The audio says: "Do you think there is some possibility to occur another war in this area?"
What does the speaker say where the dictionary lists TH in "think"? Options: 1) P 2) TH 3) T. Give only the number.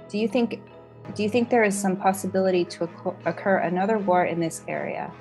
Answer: 2